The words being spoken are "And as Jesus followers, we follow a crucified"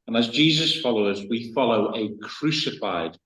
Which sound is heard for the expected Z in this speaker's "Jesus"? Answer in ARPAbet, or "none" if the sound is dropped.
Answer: Z